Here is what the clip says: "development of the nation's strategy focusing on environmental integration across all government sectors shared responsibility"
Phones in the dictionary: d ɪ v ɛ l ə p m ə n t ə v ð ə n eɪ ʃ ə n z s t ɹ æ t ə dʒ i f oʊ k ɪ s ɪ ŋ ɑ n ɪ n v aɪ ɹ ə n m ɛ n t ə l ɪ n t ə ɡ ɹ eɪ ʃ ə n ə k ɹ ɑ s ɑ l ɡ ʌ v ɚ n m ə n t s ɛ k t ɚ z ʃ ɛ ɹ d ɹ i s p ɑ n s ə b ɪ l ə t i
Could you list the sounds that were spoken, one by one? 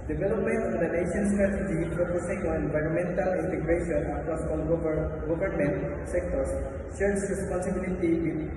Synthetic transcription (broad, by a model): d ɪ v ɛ l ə p m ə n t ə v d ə n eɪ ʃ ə n s t ɹ æ t ə dʒ i p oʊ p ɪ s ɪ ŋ ɑ n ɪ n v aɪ ɹ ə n m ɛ n t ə l ɪ n t ə ɡ ɹ eɪ ʃ ə n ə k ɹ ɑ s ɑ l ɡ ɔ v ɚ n m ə n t s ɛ k t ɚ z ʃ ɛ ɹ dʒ ɹ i s p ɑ n s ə b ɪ l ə t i